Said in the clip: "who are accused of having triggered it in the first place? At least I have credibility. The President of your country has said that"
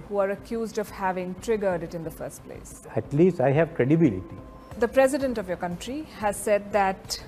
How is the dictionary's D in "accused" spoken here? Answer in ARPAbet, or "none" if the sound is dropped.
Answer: D